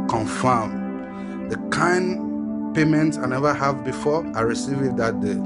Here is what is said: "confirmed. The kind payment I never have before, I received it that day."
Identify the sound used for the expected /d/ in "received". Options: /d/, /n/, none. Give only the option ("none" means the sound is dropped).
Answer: none